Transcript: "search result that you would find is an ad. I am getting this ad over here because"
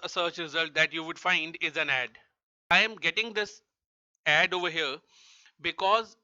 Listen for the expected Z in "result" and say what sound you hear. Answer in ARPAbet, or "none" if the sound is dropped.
Z